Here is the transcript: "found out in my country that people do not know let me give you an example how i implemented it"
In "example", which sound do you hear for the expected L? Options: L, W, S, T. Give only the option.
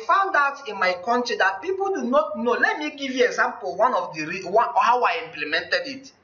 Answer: W